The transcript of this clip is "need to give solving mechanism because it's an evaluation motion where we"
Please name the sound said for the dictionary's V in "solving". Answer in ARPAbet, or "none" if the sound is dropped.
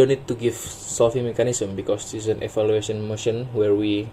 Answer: F